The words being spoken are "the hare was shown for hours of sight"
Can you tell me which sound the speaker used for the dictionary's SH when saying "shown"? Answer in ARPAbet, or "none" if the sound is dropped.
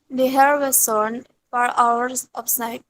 S